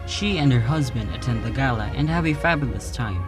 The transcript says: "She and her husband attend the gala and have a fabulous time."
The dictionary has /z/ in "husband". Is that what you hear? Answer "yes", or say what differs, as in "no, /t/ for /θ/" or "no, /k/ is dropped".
yes